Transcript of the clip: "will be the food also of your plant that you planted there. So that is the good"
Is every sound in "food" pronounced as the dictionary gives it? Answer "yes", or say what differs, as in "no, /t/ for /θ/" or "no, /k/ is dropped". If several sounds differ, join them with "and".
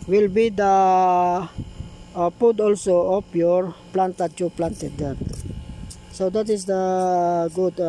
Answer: no, /p/ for /f/